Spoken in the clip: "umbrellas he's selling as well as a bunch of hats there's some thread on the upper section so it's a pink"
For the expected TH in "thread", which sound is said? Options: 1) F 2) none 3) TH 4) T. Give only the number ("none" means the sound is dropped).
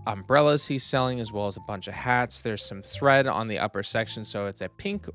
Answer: 3